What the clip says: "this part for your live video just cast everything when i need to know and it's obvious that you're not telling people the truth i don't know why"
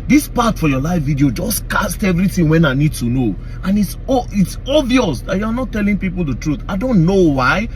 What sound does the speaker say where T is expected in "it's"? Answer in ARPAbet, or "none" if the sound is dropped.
T